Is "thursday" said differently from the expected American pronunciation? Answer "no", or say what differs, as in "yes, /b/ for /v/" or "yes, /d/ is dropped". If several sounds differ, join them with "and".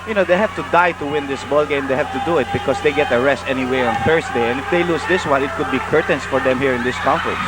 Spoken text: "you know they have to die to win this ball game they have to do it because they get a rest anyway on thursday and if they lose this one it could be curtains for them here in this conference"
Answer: yes, /s/ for /z/